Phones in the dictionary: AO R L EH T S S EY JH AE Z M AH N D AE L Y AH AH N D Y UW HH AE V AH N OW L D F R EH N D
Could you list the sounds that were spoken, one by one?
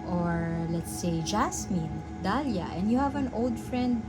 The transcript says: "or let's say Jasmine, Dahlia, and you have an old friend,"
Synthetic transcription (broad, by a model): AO R L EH T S S EY JH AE S M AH N D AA L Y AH AH N D Y UW HH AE V AH N OW L D F R EH N D